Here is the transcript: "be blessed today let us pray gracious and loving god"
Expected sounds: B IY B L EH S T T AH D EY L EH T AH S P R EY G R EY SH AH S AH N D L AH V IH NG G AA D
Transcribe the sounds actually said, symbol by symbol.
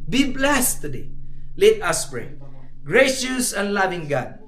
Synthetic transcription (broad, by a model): B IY B L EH S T T AH D EY L EH T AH S B R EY G R EY SH AH S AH N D L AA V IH NG G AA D